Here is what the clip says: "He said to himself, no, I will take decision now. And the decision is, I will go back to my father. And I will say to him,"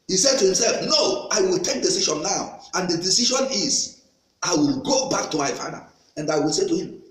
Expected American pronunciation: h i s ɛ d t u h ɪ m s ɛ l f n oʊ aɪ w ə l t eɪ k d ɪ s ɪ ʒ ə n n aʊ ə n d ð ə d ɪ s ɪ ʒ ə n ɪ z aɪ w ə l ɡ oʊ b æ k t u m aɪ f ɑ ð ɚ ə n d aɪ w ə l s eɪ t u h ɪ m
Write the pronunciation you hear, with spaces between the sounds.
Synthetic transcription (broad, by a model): h i s ɛ d t u h ɪ m s ɛ l f n oʊ aɪ w ə l t eɪ k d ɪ s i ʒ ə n n aʊ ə n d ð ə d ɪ s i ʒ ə n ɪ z aɪ w ə l ɡ oʊ b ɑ k t u m aɪ f ɑ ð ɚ ə n d aɪ w ə l s eɪ t u h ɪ m